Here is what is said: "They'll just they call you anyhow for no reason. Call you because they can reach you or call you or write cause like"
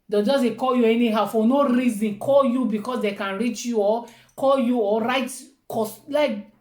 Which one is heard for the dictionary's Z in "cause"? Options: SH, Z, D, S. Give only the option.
S